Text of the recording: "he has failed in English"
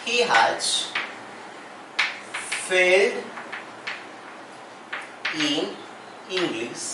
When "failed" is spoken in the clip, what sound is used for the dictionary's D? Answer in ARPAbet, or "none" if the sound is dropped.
D